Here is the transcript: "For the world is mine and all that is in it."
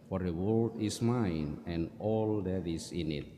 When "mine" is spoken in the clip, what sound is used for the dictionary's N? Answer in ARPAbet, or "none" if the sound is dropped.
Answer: N